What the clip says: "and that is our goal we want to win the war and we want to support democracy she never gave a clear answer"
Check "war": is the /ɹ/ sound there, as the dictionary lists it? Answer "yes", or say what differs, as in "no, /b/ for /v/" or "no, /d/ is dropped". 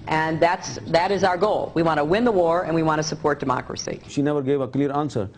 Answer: yes